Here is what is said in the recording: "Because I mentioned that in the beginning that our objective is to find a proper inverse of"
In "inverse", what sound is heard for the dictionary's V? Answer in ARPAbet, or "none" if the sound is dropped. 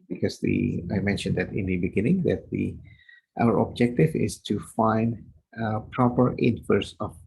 F